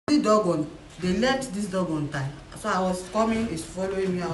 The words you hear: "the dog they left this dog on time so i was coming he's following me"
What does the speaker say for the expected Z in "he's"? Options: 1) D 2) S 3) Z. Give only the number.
2